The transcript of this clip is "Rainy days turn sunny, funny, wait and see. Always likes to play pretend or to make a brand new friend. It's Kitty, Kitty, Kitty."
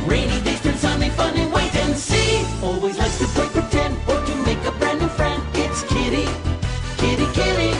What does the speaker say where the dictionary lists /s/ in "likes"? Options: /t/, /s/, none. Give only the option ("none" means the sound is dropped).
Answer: none